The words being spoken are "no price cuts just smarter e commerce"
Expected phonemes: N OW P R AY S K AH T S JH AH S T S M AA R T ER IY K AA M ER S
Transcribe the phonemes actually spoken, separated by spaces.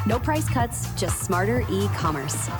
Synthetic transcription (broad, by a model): N OW P R AY S K AH T S JH AH S T S M AA R T ER IY K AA M ER S